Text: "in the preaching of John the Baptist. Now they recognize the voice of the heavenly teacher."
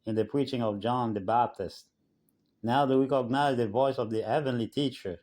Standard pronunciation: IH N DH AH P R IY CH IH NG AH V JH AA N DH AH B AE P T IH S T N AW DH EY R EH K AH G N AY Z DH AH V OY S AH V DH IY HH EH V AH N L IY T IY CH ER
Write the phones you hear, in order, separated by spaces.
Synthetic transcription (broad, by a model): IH N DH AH P R IY CH IH NG AH V JH AA N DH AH B AE P T IH S T N AW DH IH W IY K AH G N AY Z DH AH V OY S AH V DH IY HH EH V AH N L IY T IY CH ER